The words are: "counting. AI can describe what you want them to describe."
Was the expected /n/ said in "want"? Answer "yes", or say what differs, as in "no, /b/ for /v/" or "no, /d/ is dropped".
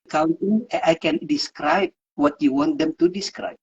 yes